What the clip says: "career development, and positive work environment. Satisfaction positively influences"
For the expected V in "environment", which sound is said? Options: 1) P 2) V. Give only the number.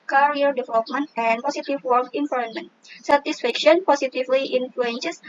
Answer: 1